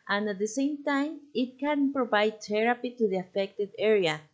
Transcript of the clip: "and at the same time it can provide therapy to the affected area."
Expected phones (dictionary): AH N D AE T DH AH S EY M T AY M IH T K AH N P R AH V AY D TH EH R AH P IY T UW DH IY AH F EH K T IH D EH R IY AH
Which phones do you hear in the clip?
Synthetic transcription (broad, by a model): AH N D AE T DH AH S EY M T AY M IH T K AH N P R AH V AY D T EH R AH P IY T UW DH IY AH F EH K T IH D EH R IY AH